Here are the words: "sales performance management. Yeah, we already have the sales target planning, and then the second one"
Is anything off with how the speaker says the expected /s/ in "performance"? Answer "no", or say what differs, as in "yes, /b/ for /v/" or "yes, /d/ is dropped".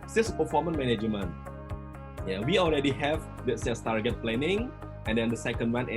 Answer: yes, /s/ is dropped